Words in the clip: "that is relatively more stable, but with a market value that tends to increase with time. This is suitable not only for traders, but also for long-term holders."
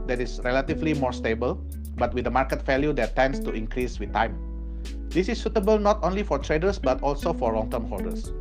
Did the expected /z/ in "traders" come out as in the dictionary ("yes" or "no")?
no